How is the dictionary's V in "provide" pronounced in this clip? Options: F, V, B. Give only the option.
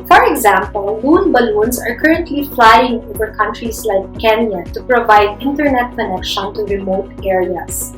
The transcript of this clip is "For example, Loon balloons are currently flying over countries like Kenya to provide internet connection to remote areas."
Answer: V